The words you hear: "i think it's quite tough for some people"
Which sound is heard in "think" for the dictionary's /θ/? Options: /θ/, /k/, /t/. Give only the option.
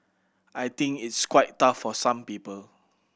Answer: /t/